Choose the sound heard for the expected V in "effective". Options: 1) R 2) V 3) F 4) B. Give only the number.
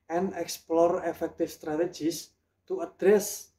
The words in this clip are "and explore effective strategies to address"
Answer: 3